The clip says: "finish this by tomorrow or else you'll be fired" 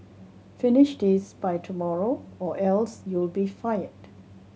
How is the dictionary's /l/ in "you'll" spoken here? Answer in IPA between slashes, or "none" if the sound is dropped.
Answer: /l/